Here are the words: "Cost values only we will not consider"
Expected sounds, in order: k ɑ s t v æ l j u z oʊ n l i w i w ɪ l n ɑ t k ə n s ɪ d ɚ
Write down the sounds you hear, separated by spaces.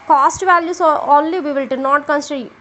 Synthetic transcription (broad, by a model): k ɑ s t v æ l j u s oʊ n l i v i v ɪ l n ɑ t k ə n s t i